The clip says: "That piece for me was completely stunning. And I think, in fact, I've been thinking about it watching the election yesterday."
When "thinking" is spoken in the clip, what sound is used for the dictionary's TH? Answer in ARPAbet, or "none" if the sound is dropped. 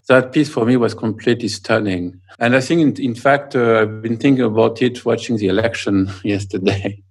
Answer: TH